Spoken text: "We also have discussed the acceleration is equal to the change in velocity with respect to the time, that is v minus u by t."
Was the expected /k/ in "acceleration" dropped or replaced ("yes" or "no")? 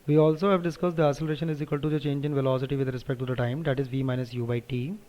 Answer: yes